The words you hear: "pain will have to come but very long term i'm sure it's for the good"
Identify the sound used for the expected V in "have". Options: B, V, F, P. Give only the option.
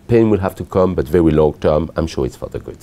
F